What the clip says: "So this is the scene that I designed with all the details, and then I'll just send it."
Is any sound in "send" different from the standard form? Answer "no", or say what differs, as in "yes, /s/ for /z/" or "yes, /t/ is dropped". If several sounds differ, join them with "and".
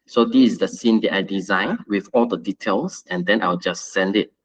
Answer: no